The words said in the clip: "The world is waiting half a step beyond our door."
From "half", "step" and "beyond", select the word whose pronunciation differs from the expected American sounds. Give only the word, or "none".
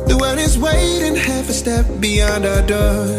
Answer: none